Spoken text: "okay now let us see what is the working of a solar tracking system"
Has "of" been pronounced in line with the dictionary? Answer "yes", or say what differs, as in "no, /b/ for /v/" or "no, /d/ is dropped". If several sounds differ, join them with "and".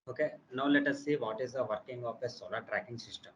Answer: no, /p/ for /v/